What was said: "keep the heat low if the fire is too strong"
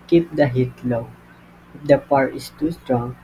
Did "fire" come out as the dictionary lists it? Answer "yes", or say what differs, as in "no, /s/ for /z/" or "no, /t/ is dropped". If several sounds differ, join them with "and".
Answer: no, /p/ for /f/